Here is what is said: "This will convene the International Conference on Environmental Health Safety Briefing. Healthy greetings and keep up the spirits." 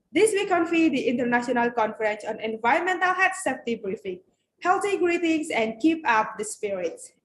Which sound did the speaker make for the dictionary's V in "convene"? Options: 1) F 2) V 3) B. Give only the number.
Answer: 1